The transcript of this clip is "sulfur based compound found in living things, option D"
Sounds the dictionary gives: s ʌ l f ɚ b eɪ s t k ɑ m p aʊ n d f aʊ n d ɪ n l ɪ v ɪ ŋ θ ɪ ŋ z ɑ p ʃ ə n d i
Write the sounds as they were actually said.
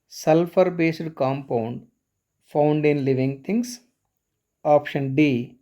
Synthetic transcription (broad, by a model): s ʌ l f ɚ b eɪ s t k ɑ m p aʊ n d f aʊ n d ɪ n l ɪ v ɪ ŋ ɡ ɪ ŋ s ɑ p ʃ ə n d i